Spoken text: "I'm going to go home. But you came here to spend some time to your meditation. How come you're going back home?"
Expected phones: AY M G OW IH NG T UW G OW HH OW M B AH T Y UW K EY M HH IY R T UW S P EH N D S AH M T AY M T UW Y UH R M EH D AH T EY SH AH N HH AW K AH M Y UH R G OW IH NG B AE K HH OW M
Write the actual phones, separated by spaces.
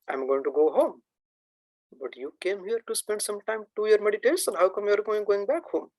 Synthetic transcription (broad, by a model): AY M G OW IH NG T UW G OW HH OW M B AH T Y UW K EY M HH IY R T UW S P EH N D S AH M T AY M T UW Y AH R M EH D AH T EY S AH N HH AW K AH M Y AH R G OW IH NG B AE K HH OW M